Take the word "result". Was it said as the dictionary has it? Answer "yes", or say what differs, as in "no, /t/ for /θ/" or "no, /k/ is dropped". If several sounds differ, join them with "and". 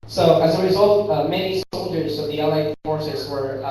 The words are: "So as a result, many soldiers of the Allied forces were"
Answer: yes